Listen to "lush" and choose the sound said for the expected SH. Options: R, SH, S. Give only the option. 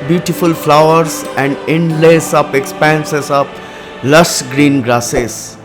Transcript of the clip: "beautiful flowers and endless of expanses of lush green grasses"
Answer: S